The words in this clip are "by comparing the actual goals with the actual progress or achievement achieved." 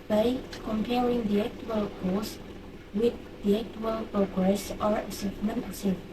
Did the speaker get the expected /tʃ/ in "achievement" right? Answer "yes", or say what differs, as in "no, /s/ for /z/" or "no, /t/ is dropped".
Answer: no, /s/ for /tʃ/